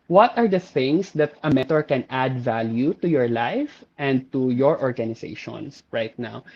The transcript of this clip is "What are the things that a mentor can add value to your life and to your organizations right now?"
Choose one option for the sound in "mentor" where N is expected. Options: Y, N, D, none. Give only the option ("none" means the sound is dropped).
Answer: none